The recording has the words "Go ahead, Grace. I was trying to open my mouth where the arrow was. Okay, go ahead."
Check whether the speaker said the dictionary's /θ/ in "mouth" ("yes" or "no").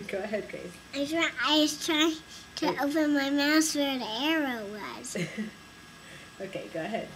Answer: no